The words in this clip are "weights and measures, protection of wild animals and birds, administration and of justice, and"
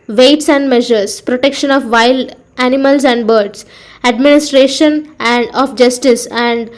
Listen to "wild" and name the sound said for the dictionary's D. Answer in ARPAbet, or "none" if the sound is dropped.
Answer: none